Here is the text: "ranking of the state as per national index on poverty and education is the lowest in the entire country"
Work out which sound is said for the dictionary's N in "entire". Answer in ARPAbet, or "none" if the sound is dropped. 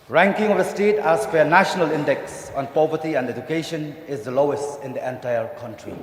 N